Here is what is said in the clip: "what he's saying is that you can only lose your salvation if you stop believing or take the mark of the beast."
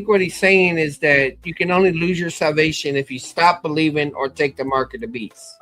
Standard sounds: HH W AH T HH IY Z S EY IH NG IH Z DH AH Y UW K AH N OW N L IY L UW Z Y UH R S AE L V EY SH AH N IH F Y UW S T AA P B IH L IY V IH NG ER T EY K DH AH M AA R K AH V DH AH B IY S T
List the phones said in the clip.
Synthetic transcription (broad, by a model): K W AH T HH IY Z S EY IH NG IH Z DH AH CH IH K AH N OW N L IY L UW Z Y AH R S AE L V EY SH AH N IH F Y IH S T AA P B IH L IY V IH NG ER T EY K DH AH M AA R K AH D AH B IY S